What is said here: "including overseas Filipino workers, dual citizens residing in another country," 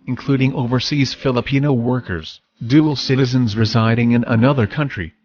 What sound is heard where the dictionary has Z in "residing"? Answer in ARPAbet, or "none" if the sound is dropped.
Z